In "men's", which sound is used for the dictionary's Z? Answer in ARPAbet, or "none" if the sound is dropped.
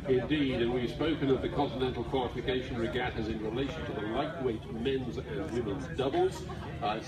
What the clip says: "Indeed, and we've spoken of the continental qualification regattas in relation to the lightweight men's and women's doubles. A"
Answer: Z